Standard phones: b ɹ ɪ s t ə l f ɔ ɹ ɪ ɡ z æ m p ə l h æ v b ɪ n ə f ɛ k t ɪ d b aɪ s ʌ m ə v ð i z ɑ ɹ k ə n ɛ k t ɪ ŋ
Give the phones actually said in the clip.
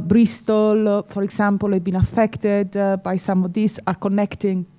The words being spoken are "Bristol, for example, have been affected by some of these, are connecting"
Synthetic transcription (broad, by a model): b ɹ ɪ s t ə l f ɔ ɹ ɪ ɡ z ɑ m p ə l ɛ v b ɪ n ə f ɛ k t ɪ d b aɪ s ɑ m ə v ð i s ɑ ɹ k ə n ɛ k t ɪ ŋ